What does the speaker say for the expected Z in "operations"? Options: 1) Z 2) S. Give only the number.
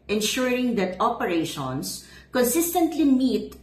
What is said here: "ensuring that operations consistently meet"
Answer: 2